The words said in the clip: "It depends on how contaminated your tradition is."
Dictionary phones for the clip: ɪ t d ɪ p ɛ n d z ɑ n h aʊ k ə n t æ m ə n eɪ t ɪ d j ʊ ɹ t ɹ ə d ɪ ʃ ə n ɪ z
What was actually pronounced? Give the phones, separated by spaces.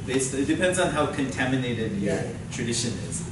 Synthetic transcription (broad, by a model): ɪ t d ɪ p ɛ n d z n h aʊ k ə n t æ m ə n eɪ t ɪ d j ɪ t ɹ ə d ɪ ʃ ə n ɪ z